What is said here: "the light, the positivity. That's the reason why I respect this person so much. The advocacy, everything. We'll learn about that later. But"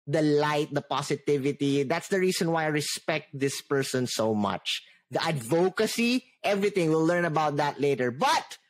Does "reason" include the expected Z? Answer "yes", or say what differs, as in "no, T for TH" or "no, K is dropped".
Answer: no, S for Z